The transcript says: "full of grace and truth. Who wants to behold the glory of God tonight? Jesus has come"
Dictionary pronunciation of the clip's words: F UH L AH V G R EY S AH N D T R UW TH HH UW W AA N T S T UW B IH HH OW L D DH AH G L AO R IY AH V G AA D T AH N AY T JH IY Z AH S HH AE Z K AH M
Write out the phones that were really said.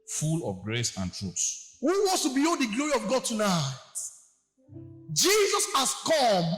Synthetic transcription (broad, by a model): F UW L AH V G R EY S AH N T R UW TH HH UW W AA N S T UW B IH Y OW D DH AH G L AO R IY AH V G AA D T AH N AY T JH IY Z AH S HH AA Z K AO M